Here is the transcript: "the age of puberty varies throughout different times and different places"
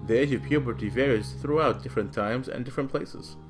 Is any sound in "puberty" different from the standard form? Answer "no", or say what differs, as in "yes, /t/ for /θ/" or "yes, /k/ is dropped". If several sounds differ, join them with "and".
no